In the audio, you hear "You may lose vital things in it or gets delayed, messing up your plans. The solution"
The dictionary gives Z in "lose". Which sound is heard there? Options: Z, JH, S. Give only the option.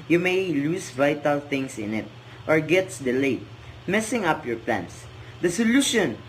S